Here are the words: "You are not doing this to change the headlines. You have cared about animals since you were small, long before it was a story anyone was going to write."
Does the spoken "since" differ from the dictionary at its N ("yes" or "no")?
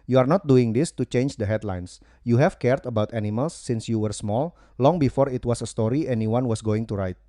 no